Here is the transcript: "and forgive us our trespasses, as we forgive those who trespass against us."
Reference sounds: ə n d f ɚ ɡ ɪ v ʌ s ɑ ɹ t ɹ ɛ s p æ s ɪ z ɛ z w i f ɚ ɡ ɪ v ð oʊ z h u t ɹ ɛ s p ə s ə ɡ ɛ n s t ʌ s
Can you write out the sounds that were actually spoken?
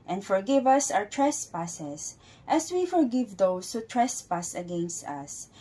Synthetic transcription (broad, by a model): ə n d f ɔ ɡ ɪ v ʌ s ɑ w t ɹ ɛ s p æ s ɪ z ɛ s w i f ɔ ɡ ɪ v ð oʊ s h u t ɹ ɛ s p ə s ə ɡ ɛ n s t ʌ s